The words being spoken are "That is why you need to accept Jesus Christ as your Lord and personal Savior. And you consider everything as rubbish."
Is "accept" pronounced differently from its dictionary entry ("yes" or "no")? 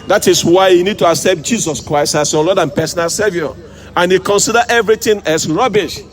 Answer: no